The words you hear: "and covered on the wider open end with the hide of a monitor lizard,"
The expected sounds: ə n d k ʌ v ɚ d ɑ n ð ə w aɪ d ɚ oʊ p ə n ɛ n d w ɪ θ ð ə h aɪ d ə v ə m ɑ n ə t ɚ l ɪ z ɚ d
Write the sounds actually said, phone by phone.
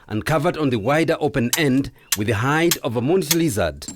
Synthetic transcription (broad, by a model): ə n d k ʌ v ɚ d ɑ n ð ə w aɪ d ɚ oʊ p ə n ɛ n d w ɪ ð ə h aɪ d ə v ə m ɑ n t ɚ l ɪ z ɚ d